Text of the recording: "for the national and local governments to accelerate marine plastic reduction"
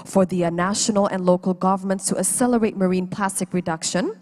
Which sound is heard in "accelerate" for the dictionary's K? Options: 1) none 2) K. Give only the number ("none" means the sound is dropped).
1